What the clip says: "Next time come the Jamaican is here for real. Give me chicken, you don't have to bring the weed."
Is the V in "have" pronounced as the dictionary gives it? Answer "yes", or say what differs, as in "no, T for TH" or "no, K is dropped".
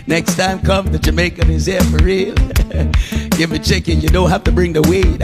no, F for V